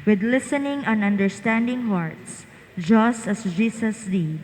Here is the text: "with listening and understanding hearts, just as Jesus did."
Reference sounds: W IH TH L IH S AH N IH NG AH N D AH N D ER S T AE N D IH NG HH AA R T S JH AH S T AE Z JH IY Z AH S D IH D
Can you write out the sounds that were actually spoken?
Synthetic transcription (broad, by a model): W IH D L IH S AH N IH NG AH N AH N D ER S T AE N D IH NG HH AA R T S JH AH S T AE S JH IY S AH S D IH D